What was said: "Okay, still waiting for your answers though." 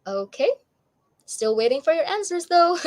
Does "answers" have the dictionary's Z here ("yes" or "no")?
yes